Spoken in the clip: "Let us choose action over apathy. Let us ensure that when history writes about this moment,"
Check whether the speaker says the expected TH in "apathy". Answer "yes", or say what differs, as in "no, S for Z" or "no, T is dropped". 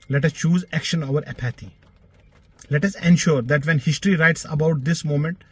no, T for TH